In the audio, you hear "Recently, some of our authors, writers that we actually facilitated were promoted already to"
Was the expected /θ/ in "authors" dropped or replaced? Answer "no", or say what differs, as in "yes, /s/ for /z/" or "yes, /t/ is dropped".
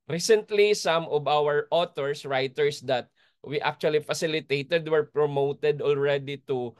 yes, /t/ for /θ/